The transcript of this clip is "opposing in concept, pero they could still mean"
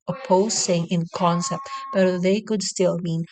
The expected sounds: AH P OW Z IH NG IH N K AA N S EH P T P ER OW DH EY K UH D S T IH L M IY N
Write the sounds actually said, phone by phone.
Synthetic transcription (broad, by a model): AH P OW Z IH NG IH N K AA N S EH P T B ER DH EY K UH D S T IH L M IY N